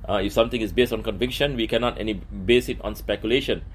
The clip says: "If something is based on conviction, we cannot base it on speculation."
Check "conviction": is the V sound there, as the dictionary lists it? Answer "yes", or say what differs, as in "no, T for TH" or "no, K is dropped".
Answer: yes